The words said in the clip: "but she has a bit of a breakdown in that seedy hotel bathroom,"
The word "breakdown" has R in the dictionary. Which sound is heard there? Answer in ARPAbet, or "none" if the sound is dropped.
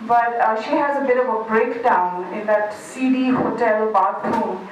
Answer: R